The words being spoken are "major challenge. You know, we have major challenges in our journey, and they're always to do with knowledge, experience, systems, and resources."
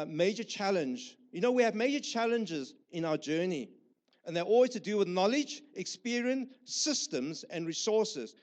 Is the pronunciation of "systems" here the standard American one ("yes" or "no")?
yes